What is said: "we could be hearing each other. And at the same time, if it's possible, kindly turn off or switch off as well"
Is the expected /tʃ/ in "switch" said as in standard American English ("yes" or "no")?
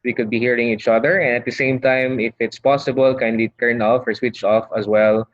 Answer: yes